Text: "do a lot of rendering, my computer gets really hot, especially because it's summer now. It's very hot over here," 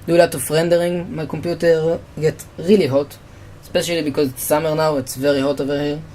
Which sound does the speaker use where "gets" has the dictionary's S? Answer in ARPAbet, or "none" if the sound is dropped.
none